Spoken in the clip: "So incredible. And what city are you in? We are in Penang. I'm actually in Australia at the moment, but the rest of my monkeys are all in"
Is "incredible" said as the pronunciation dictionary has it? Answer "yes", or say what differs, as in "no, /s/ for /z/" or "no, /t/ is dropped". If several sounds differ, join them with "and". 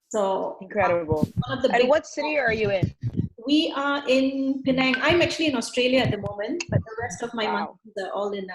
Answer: no, /n/ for /l/